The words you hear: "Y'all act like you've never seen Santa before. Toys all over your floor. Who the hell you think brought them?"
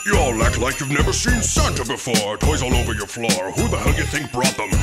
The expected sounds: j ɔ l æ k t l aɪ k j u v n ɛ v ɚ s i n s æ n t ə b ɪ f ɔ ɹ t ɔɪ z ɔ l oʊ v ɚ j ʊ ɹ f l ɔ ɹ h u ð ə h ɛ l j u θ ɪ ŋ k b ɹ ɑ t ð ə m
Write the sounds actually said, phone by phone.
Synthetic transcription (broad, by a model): j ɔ l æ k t l aɪ k j u v n ɛ v ɚ s i n s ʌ n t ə b ɪ f ɔ ɹ t ɔɪ z ɔ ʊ v ɚ j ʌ ɹ f l ɔ ɹ h u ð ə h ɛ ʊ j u θ ɪ ŋ k b ɹ ɑ t ð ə m